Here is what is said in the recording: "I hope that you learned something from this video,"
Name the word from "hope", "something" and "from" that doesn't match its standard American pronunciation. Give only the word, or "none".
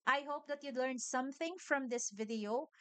none